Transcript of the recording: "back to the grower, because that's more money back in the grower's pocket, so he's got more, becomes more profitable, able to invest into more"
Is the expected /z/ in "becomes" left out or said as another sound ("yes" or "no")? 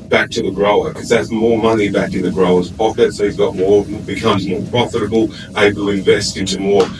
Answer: no